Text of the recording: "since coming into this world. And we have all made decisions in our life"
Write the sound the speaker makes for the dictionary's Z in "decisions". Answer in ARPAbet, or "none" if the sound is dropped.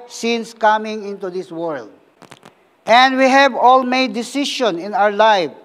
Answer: none